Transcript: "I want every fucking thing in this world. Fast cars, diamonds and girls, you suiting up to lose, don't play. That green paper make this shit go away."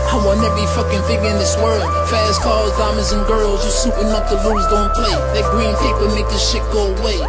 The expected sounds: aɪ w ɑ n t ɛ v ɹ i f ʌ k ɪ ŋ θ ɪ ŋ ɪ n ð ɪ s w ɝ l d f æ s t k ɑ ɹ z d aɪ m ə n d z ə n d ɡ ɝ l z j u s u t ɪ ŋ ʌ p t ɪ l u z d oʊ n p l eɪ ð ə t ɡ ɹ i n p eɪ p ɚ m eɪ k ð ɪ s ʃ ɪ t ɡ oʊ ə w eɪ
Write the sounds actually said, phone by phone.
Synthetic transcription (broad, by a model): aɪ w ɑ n ɛ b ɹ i f ʌ k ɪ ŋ f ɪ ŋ ɪ n ð ɪ s w ɝ l d f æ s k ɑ l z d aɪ m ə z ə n ɡ ɝ l z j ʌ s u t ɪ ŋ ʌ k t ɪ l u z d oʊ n p l eɪ ð ə t ɡ ɹ i n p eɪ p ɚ m eɪ k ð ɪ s ʃ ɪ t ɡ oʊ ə w eɪ